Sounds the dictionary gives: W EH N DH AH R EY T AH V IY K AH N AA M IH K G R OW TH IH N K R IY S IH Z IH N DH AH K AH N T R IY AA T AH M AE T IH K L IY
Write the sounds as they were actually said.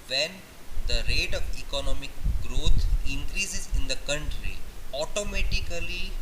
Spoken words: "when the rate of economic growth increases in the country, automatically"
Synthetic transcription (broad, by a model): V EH N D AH R EY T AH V IY K AH N AA M IH K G R OW T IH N K R IY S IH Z IH N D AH K AH N T R IY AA T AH M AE T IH K L IY